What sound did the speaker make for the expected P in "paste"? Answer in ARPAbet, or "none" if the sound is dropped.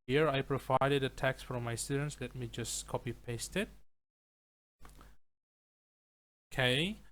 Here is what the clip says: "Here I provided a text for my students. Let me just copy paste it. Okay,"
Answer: P